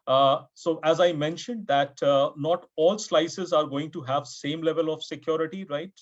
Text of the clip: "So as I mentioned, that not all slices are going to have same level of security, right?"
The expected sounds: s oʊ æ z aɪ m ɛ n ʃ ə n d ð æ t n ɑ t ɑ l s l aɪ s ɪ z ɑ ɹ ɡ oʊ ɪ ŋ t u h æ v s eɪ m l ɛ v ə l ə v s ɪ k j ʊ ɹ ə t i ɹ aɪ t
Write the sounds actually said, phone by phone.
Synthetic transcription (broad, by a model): s oʊ æ z aɪ m ɛ n ʃ ə n d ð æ t n ɑ t ɑ l s l aɪ s ɪ z ɑ ɹ ɡ oʊ ɪ ŋ t u h æ v s eɪ m l ɛ v ə l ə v s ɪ k j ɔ ɹ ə t i ɹ aɪ t